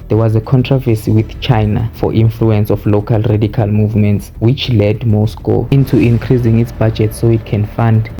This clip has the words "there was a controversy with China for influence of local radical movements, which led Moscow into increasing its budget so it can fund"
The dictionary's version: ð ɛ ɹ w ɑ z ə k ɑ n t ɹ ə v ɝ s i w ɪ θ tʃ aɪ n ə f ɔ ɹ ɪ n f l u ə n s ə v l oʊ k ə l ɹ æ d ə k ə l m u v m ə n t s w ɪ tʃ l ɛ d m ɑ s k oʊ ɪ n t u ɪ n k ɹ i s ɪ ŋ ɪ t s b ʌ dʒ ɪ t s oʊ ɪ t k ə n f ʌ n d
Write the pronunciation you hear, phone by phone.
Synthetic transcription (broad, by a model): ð ɛ w ɑ z ə k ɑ n t ɹ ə v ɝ s i w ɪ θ tʃ aɪ n ə f ɔ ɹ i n f l u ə n s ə f l oʊ k ə l ɹ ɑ d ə k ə l m u v m ə n t s w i tʃ l ɛ d m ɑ s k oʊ ɪ n t u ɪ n k ɹ i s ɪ ŋ ɪ t s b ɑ dʒ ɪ t s oʊ ɪ t k ə n f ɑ n d